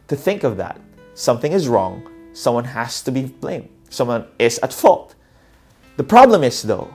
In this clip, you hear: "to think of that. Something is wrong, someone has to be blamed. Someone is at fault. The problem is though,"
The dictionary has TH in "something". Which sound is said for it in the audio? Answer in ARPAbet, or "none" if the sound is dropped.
TH